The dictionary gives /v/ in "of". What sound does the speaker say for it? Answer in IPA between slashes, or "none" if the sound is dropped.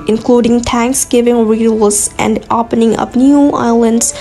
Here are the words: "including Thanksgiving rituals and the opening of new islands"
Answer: /p/